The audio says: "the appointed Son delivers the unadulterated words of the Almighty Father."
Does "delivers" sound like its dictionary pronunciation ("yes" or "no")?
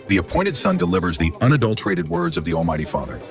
yes